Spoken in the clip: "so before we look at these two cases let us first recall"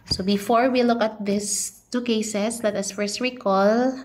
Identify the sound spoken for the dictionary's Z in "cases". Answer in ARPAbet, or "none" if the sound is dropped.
S